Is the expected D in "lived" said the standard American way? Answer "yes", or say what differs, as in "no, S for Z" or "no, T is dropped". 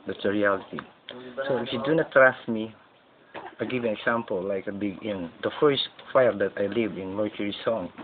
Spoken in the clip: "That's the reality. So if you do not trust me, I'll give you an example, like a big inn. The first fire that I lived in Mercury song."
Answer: no, D is dropped